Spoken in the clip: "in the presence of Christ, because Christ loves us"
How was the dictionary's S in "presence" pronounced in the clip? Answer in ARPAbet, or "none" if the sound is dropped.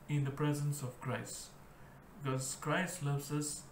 S